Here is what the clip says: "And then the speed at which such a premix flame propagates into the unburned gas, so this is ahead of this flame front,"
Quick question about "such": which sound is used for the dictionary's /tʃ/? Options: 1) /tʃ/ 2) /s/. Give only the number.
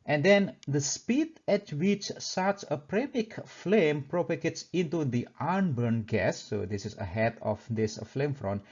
2